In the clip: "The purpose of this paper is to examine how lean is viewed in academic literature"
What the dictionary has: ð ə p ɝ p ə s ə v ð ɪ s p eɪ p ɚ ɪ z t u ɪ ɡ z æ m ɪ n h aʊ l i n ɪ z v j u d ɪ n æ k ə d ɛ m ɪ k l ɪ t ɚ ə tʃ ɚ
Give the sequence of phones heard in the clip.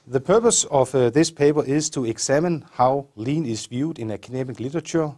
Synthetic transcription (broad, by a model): ð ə p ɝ p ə s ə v ð ɪ s p eɪ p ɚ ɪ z t u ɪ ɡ s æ m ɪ n h aʊ l i n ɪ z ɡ j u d ɪ n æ k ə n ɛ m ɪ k l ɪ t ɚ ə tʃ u